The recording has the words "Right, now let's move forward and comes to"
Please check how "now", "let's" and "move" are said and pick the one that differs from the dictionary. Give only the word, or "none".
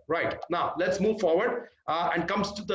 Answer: none